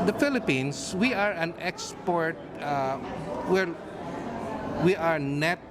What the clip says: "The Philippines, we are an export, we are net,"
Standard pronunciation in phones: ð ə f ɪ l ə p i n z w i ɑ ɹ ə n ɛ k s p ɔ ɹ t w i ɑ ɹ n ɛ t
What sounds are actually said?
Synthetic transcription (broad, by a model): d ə f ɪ l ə p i n s w i ɑ ɹ ə n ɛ k s p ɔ ɹ t w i ɑ ɹ n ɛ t